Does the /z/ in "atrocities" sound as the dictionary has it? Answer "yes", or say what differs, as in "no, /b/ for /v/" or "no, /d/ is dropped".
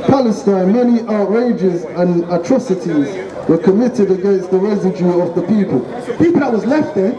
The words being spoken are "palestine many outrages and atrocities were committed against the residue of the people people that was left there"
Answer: yes